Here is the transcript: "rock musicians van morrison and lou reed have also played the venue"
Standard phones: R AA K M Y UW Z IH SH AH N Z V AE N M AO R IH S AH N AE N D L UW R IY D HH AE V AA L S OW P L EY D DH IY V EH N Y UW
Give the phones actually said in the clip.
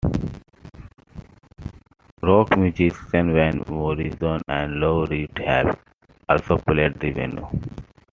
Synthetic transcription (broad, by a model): R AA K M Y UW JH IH S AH N V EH N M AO R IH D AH N AE N D L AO R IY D HH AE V AA L S OW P L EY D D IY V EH N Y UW